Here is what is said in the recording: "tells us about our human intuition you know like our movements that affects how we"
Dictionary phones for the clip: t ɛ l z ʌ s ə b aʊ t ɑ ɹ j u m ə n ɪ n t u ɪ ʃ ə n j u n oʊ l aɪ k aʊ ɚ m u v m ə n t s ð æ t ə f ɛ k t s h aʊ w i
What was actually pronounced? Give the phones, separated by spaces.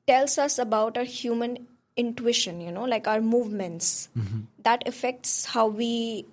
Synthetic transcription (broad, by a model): t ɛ l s ʌ s ə b aʊ t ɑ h j u m ə n ɪ n t u ɪ ʃ ə n j u n oʊ l aɪ k aʊ ɚ m u v m ə n t s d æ t ə f ɛ k t s h aʊ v i